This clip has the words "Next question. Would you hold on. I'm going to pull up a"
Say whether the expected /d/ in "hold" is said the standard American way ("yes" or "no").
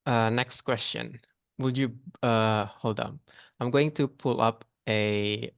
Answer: yes